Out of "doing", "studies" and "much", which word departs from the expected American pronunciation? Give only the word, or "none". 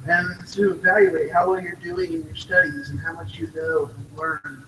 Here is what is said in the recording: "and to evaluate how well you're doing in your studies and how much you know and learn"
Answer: none